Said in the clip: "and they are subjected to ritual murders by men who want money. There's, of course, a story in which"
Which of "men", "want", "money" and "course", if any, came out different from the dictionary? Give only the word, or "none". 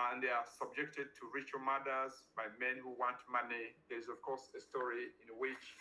none